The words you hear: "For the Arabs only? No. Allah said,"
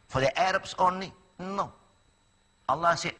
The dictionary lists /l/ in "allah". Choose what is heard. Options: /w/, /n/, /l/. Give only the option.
/l/